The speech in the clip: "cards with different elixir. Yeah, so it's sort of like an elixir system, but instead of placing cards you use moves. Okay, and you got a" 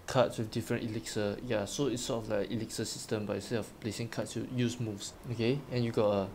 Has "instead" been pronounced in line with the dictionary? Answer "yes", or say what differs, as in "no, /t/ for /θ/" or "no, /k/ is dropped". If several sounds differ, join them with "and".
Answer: no, /n/ is dropped